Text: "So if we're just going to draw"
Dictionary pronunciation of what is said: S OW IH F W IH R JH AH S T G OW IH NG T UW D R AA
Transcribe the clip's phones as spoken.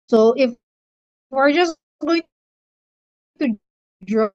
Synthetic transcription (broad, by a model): S OW IH F W IH R JH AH S G OW IH NG T UW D R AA